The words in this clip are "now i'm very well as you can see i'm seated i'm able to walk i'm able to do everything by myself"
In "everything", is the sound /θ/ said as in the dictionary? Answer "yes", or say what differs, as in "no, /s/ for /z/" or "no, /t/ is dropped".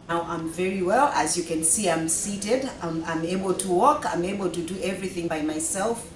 yes